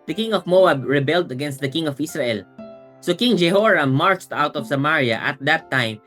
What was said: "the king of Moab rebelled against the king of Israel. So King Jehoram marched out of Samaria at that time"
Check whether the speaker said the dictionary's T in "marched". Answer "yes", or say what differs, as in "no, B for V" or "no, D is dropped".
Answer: yes